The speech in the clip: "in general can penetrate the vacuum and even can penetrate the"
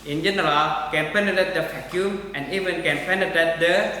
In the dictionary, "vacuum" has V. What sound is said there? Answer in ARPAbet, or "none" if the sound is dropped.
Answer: F